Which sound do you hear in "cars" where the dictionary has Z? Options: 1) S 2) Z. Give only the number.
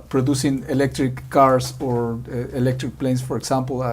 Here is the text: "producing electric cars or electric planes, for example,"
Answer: 1